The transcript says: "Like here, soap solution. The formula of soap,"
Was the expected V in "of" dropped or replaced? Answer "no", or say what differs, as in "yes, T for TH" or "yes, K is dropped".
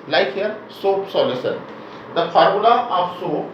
yes, P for V